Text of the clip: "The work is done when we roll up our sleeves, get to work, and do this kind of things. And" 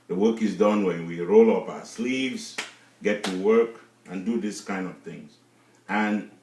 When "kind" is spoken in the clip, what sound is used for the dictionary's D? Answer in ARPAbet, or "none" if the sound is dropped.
D